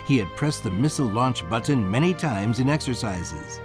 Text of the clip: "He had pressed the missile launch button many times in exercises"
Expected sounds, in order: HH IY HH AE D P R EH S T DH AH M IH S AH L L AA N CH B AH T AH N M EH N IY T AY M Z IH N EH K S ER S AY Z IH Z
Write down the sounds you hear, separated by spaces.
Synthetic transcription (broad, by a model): HH IY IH D P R EH S DH AH M IH S L L AA N CH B AH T N M EH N IY T AY M Z IH N EH K S ER S AY Z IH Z